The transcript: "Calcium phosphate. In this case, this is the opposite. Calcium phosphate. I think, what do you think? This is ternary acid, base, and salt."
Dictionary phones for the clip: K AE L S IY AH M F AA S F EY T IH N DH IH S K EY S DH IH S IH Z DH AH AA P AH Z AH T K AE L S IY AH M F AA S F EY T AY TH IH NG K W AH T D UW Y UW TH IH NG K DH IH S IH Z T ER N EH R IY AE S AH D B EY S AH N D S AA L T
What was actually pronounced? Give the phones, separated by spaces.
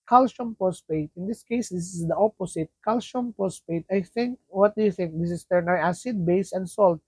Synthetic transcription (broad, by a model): K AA L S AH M P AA S P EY T IH N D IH S K EY S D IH S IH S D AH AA P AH S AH T K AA L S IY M P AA S P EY T AY TH IH NG K W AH T D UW Y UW TH IH NG K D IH S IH S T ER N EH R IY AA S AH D B EY S AH N D S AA L T